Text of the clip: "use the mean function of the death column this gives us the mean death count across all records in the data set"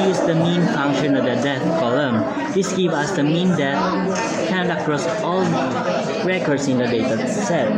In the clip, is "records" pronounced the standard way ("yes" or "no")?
no